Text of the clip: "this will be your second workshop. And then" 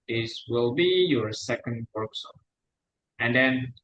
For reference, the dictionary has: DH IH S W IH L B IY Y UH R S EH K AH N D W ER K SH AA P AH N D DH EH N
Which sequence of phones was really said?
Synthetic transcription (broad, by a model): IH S W IH L B IY Y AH R S EH K AH N D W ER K S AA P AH N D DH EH N